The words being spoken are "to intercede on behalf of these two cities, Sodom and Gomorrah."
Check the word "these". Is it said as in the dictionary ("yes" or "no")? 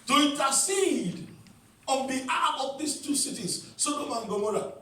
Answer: no